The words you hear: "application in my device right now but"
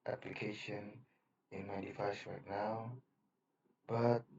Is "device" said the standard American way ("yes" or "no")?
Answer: no